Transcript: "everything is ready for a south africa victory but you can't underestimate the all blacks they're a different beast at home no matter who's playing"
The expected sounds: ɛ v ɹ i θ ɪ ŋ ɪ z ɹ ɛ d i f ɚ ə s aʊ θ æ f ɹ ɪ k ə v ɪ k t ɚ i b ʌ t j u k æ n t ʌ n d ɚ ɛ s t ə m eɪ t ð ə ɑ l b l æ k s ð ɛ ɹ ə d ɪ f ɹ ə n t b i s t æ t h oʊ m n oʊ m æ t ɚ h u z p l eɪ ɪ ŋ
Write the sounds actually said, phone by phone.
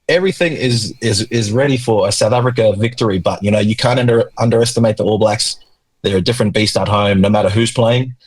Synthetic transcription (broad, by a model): ɛ v ɹ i θ ɪ ŋ ɪ z ɹ ɛ d i f ɚ ə s aʊ θ æ f ɹ ɪ k ə v ɪ k t ɚ i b ʌ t j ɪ k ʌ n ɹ ʌ n d ɚ ɛ s t ə m eɪ t ð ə ɑ l b l æ k s ð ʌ ɹ ə d ɪ f ɹ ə n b i s t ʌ t h oʊ m n oʊ m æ t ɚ h u z p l eɪ ɪ ŋ